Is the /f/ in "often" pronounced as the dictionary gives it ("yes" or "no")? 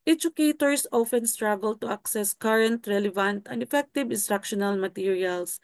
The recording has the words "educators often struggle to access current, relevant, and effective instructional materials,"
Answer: yes